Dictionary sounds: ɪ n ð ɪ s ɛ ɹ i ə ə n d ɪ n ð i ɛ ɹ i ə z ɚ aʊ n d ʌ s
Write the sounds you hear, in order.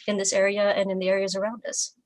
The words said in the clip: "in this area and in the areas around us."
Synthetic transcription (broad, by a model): ɪ n ð ɪ s ɛ ɹ i ə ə n ɪ n ð i ɛ ɹ i ə z ɚ aʊ n d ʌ s